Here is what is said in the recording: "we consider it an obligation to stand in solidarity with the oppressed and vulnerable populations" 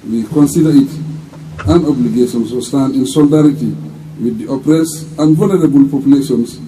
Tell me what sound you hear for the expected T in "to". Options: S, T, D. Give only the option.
S